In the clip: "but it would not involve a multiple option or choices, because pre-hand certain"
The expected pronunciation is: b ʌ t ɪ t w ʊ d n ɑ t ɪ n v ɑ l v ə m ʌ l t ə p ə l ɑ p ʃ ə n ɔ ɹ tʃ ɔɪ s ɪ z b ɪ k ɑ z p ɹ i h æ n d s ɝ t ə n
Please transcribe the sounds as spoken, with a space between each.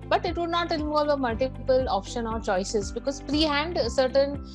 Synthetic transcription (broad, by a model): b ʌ t ɪ t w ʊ d n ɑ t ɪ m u v ə m ʌ l t ə p ə l ɑ p ʃ ə n ɔ ɹ tʃ ɔɪ s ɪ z b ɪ k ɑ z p ɹ i h æ n d s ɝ t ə n